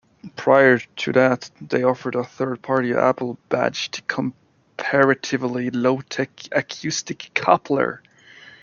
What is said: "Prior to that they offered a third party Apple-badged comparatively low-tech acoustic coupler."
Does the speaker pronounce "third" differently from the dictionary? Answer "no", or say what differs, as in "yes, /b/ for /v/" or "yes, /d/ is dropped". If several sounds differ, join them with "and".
no